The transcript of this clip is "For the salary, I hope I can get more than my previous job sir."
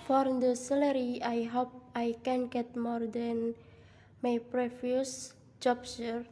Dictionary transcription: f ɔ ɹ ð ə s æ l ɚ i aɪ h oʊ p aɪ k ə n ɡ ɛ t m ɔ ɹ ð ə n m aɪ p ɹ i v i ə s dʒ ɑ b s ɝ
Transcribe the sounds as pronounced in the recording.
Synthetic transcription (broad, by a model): f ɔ ɹ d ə s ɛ l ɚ i aɪ h oʊ p aɪ k ə n ɡ ɛ t m ɔ ɹ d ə n m aɪ p ɹ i f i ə s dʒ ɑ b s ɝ